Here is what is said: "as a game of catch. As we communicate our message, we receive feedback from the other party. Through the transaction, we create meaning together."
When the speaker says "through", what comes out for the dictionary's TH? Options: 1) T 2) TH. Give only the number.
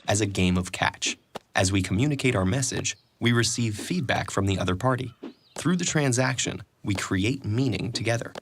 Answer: 2